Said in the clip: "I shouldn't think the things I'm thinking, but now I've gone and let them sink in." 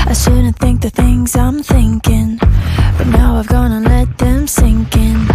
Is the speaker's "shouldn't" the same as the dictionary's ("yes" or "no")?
no